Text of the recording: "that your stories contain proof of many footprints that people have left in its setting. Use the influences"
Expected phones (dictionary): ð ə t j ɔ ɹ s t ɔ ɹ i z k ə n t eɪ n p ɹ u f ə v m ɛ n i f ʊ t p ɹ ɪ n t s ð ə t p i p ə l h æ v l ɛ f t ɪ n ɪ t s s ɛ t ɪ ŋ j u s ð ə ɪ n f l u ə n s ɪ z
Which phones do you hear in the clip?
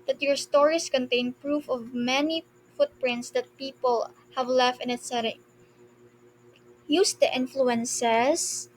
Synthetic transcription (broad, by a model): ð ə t j ɔ ɹ s t ɔ ɹ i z k ə n t eɪ n p ɹ u f ə v m ɛ n i f ʊ t p ɹ ɪ n t s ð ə t p i p ə l h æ v l ɛ f t ɪ n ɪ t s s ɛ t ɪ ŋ j u s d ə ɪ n f l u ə n s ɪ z